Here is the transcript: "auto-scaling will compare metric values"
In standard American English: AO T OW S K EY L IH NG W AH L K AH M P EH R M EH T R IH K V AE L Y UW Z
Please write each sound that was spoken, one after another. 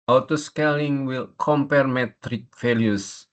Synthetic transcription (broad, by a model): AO T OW S K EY L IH NG W AH L K AH M P EH R M EH T R IH K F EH L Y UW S